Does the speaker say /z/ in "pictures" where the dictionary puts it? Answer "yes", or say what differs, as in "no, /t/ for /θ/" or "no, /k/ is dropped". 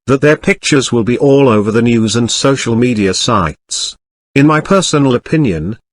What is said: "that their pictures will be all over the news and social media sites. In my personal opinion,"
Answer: yes